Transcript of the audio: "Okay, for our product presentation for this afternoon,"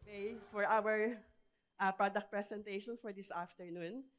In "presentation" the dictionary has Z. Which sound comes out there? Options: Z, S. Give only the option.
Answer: S